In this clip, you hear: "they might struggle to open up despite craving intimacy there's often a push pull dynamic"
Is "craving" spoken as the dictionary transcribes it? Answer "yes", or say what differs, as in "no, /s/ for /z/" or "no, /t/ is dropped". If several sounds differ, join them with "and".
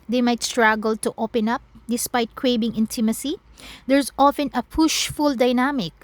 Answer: no, /b/ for /v/